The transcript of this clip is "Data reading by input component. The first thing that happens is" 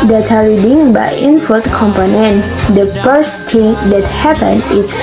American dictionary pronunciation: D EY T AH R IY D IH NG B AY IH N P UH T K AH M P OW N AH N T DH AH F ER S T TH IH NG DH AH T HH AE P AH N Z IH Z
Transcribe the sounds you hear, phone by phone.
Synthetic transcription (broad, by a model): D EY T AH R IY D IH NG B AY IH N F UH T K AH M P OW N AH N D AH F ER S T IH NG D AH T HH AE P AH N IH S